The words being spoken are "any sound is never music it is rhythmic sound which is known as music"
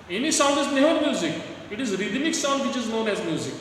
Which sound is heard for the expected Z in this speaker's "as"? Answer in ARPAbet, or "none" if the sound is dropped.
Z